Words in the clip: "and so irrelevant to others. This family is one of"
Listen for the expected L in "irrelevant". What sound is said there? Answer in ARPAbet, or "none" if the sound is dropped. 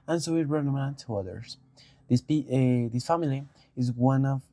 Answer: N